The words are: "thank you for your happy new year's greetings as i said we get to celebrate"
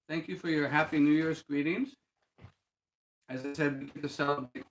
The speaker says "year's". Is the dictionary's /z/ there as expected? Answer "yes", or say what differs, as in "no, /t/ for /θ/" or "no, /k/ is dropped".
no, /s/ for /z/